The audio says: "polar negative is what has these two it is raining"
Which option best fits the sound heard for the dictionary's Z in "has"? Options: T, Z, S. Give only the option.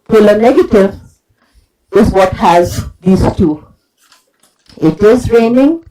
Z